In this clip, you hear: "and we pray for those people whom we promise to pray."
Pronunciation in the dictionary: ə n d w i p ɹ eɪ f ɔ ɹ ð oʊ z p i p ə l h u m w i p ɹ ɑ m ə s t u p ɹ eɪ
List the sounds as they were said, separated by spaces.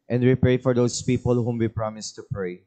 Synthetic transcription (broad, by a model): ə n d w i p ɹ eɪ f ɔ ɹ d oʊ s p i p ə l h u m w i p ɹ ɑ m ə s t u p ɹ eɪ